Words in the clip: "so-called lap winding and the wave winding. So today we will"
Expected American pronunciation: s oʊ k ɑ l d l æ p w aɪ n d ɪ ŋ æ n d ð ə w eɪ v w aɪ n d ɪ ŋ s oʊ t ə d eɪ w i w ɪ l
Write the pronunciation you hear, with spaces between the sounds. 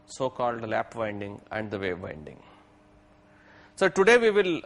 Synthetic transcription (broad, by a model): s oʊ k ɑ l d l æ p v aɪ n d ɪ ŋ æ n d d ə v eɪ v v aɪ n d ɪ ŋ s oʊ t ə d eɪ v i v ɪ l